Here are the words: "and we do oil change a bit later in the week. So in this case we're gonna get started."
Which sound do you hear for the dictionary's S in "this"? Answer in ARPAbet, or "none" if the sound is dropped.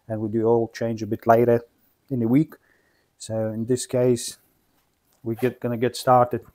S